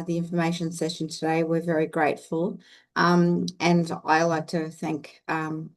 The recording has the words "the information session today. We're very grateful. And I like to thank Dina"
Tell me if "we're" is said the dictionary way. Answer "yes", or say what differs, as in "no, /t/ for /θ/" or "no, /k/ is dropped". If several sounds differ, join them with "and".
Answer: yes